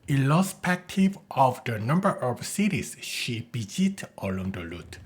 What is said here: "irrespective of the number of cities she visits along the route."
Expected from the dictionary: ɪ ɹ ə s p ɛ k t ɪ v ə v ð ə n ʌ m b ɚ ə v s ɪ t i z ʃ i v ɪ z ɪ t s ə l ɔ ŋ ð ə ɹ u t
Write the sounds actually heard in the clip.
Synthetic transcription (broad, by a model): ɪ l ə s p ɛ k t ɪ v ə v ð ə n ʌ m b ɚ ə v s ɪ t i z ʃ i b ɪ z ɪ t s ə l ɔ ŋ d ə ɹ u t